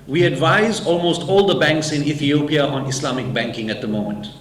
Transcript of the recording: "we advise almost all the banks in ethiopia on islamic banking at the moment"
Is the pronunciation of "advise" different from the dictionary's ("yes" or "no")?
no